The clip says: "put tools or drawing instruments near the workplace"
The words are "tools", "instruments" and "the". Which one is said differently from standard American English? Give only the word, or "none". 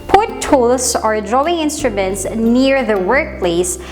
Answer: tools